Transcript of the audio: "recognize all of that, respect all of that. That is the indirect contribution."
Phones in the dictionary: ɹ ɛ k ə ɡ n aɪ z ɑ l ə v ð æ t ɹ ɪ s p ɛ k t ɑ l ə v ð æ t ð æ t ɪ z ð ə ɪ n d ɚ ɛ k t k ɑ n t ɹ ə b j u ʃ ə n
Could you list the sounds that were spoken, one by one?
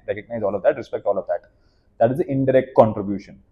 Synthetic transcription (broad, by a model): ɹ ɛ k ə ɡ n aɪ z ɑ l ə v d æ t ɹ ɪ s p ɛ k t ɑ l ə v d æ t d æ t ɪ z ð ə ɪ n d ɚ ɛ k t k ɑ n t ɹ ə b j u ʃ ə n